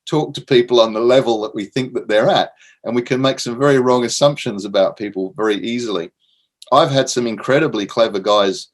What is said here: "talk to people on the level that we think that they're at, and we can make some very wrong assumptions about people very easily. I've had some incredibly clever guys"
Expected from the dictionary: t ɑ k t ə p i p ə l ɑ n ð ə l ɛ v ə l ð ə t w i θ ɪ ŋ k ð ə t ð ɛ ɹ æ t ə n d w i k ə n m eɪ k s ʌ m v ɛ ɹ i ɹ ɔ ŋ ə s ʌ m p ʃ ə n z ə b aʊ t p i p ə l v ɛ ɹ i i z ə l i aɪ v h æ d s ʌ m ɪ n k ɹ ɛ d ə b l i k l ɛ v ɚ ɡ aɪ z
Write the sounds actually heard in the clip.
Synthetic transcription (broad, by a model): t ɑ k t ə p i p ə l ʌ n ð ə l ɛ v ə l ð ə t w i θ ɪ ŋ k ð ə t ð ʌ ɹ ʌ t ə n w i k ə n m eɪ k s ʌ m v ɛ ɹ i ɹ ɔ ŋ ə s ʌ m p ʃ ə n z ə b aʊ t p i p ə l v ɛ ɹ i i z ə l i aɪ v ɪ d s ʌ m ɪ n k ɹ ɛ d ə b l i k l ɛ v ɚ ɡ aɪ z